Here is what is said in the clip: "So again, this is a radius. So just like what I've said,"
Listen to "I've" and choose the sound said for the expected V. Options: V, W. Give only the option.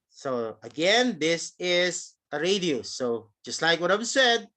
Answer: W